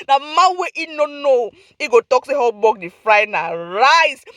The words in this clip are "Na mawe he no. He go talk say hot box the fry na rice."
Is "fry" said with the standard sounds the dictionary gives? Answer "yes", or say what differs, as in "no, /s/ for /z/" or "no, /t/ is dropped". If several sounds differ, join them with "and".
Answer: yes